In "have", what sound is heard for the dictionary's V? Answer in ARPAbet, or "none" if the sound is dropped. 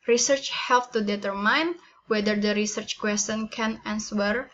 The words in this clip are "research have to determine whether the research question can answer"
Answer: P